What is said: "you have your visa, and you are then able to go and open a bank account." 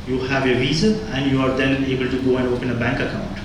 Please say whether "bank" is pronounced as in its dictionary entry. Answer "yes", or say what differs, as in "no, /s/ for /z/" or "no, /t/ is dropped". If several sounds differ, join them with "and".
yes